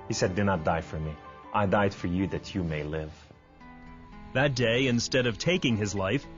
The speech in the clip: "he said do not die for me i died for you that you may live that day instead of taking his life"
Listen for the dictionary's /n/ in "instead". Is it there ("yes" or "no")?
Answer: yes